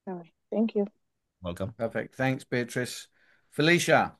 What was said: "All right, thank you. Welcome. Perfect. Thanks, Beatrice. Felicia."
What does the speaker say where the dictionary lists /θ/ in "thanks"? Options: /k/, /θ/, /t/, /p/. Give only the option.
/θ/